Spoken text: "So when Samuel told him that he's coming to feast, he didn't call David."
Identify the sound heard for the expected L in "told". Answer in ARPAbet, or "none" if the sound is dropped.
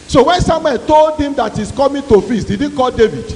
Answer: L